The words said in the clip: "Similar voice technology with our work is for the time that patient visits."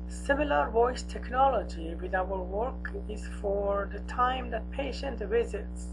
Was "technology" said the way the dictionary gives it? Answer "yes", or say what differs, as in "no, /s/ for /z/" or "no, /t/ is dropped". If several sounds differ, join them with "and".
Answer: yes